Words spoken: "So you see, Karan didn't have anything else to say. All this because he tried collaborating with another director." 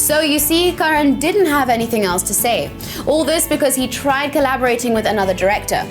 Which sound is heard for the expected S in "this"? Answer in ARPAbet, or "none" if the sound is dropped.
S